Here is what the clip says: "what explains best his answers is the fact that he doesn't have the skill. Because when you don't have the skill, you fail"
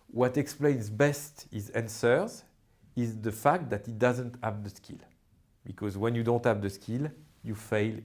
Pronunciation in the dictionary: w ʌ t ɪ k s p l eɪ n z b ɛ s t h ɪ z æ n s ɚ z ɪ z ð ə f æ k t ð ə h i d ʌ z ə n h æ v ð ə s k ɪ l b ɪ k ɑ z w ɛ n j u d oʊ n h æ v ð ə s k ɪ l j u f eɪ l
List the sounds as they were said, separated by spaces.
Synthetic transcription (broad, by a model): w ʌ t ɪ k s p l eɪ n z b ɛ s t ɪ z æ n s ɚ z ɪ z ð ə f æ k t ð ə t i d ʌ z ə n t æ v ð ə s k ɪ l b ɪ k ɑ z w ɛ n j u d oʊ n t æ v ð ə s k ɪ l j u f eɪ l